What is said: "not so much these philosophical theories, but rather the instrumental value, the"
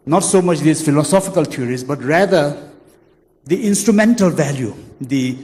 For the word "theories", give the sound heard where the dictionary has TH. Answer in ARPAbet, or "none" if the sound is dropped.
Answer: T